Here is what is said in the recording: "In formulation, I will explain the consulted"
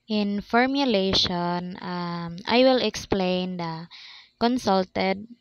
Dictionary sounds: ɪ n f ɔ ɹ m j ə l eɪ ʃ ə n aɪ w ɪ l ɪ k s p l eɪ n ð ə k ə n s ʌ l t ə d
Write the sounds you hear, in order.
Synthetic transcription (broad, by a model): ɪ n f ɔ ɹ m j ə l eɪ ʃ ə n aɪ w ɪ l ɪ k s p l eɪ n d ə k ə n s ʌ l t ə d